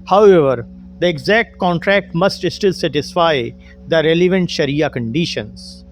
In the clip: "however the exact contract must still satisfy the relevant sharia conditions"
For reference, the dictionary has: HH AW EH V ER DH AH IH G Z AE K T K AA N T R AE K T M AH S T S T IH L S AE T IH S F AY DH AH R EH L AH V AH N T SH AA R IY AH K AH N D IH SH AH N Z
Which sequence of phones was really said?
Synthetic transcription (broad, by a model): HH AW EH V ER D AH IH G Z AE K T K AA N T R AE K T M AH S T S T IH L S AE T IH S F AY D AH R EH L AH V AH N T SH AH R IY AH K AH N D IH SH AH N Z